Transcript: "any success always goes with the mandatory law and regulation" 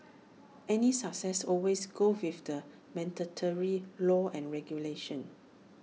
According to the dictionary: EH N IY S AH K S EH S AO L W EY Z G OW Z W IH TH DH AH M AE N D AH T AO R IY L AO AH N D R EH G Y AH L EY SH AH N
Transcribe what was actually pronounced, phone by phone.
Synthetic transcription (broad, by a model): EH N IY S AH K S EH S AO L W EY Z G OW W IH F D AH M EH N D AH T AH R IY L AO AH N R EH G Y AH L EY SH AH N